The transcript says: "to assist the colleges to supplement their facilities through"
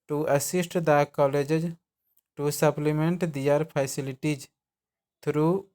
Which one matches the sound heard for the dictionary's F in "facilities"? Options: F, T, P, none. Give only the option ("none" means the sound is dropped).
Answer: P